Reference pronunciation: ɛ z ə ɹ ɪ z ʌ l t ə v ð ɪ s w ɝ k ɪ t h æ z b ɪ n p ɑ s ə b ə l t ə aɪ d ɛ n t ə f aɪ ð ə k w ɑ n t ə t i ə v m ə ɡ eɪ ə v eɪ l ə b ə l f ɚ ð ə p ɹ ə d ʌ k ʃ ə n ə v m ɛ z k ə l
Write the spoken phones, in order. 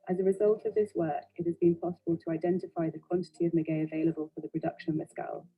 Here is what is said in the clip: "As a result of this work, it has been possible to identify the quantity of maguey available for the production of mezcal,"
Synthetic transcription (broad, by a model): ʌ z ə ɹ ɪ z ʌ l t ə v ð ɪ s w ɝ k ɪ t h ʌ z b ɪ n p ɑ s ə b ə l t ə aɪ d ɛ n t ə f aɪ ð ə k w ɑ n t ə t i ə v m ə ɡ eɪ ə v eɪ l ə b ə l f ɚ ð ə p ɹ ə d ʌ k ʃ ə n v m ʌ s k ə l